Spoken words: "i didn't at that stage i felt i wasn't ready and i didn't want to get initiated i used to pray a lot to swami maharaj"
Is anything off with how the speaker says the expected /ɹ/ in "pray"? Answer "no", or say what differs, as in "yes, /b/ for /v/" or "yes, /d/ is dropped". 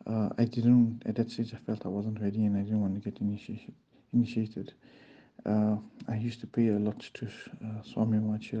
yes, /ɹ/ is dropped